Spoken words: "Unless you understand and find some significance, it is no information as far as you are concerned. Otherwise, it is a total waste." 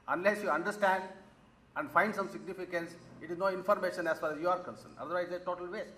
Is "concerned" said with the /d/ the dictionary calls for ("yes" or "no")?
no